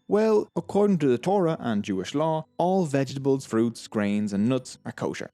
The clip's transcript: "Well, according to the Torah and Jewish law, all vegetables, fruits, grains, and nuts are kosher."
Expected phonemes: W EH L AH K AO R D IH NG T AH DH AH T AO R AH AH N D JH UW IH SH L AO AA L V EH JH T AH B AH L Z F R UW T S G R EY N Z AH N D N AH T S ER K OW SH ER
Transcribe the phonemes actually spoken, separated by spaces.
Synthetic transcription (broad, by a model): W EH L AH K AO R D IH NG T AH DH AH T AO R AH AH N JH UW IH SH L AO AA L V EH JH T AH B AH L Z F R UW T S G R EY N Z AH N N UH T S ER K OW SH ER